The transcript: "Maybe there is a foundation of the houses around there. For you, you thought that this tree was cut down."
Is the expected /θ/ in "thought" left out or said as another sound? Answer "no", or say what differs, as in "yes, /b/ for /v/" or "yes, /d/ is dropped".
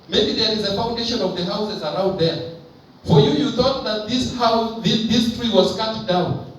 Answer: no